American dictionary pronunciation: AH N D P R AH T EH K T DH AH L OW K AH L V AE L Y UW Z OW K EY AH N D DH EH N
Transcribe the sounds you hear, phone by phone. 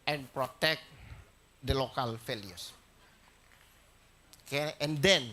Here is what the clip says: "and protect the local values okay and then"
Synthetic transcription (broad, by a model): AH N P R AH T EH K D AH L OW K AH L F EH L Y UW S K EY AH N D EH N